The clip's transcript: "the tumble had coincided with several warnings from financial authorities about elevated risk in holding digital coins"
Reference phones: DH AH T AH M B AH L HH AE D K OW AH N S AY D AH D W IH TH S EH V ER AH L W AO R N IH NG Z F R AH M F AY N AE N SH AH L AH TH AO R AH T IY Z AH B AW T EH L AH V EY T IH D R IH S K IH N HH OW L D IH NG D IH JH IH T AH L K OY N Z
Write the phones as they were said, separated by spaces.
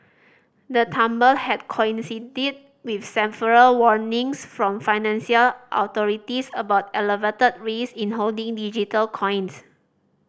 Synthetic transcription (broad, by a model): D AH T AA M B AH L HH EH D K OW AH N S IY D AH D W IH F S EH P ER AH L W AO R N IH NG S F R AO M F AY N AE N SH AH L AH T AO R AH T IY S AH B AW T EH L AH V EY T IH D R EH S IH N HH OW L D IH NG D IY JH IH T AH L K OY N S